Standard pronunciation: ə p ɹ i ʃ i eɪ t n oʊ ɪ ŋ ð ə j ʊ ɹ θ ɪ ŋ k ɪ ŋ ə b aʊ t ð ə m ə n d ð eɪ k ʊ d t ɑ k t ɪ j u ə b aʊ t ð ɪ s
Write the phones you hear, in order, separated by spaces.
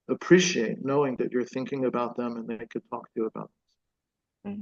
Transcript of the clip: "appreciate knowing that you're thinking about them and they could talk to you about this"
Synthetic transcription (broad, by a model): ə p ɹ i ʃ i eɪ t n oʊ ɪ ŋ ð ə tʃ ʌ ɹ θ ɪ ŋ k ɪ ŋ ə b aʊ t ð ə m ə n ð eɪ k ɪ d t ɑ k t ɪ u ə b aʊ t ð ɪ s